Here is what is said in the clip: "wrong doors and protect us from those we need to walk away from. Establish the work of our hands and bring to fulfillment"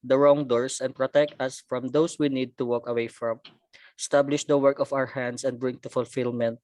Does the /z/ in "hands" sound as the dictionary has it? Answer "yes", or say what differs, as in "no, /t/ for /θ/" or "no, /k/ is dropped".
no, /s/ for /z/